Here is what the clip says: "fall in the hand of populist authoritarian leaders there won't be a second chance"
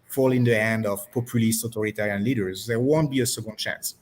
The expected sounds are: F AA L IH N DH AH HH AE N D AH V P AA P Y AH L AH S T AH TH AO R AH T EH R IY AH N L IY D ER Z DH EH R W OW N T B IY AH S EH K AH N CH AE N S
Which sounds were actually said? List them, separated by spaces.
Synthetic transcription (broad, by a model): F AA L IH N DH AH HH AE N D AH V P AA P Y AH L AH S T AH T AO R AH T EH R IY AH N L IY D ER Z DH EH R W OW N T B IY AH S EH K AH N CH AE N S